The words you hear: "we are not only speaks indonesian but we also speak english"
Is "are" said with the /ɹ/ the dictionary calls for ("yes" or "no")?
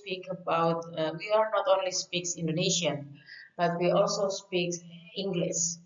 no